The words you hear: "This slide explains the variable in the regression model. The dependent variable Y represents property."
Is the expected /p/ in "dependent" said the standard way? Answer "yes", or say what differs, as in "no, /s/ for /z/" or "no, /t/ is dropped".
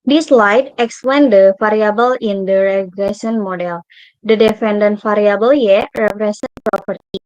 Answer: no, /f/ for /p/